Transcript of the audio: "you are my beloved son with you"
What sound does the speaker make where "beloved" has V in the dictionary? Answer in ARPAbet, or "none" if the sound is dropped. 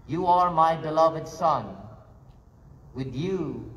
V